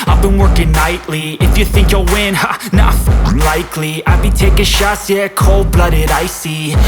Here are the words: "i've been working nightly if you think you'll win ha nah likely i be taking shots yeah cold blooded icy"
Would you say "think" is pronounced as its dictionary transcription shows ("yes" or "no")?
yes